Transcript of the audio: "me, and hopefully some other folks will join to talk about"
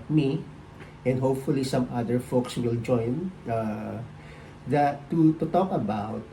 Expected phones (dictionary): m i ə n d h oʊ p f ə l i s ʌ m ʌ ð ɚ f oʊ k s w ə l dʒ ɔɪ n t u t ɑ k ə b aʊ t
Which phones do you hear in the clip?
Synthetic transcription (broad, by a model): m i ə n d h oʊ p f ə l i s ʌ m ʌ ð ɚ f oʊ k s w ə l dʒ ɔɪ n t u t ɑ k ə b aʊ t